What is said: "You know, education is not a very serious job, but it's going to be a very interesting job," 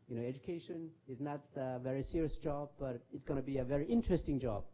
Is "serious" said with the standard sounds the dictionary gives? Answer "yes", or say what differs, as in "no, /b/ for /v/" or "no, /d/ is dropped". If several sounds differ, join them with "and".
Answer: yes